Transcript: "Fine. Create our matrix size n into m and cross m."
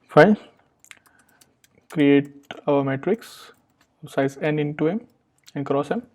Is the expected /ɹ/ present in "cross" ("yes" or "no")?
yes